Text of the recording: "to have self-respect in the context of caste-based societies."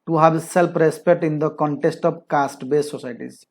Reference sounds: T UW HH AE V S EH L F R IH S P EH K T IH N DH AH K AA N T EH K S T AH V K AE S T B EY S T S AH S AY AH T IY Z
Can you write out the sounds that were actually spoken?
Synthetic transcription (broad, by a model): T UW HH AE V S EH L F R IH S P EH K T IH N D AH K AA N T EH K S T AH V K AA S T B EY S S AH S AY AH T IY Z